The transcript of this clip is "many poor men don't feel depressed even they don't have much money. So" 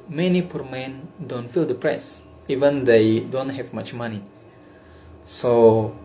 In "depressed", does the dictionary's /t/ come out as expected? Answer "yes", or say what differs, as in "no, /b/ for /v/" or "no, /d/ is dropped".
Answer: no, /t/ is dropped